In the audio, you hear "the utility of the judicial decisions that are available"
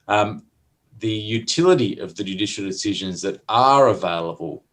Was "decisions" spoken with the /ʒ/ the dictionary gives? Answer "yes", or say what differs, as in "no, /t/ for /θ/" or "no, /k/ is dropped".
yes